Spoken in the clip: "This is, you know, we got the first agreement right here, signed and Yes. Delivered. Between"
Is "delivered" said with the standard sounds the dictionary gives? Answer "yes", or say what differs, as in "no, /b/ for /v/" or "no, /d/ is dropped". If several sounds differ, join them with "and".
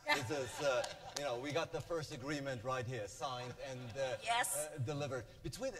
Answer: yes